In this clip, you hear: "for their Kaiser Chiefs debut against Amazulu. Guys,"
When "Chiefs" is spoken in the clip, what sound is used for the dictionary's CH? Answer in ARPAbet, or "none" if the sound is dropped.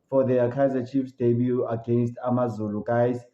CH